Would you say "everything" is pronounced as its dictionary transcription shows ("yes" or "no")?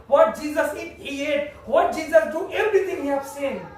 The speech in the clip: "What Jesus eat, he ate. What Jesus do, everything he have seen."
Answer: no